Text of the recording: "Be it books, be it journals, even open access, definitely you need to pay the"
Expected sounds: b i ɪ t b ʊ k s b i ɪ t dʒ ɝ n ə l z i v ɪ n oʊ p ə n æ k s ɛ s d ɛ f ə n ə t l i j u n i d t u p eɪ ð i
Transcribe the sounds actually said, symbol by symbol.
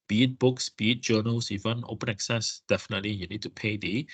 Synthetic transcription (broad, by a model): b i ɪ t b ʊ k s b i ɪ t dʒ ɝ n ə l s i w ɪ n oʊ p ə n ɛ k s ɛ s d ɛ f ə n ə t l i j u n i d t u p eɪ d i